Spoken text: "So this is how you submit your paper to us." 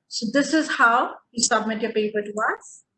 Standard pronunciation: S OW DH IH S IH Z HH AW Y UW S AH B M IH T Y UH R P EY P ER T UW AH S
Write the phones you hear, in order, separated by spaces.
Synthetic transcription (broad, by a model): S OW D IH S IH Z HH AW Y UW S AH B M IH T Y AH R P EY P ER T UW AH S